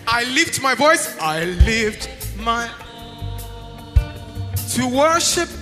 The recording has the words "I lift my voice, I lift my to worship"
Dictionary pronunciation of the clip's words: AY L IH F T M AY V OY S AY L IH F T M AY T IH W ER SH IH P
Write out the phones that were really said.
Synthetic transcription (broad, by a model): AY L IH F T M AY V OY S AY L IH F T M AY T IH W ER SH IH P